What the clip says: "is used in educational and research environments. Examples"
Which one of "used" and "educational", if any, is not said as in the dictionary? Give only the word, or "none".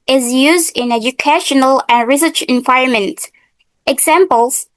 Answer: none